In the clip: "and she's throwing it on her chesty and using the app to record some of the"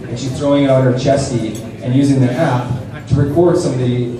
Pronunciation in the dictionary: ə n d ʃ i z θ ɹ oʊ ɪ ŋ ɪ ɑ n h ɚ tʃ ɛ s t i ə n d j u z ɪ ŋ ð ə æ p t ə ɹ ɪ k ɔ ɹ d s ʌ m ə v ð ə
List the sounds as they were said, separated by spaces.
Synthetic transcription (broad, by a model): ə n ʃ i z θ ɹ oʊ ɪ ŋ ɪ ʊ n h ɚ tʃ ɛ s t i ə n j u z ɪ ŋ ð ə æ p t ə ɹ ɪ k ɔ ɹ d s ʌ m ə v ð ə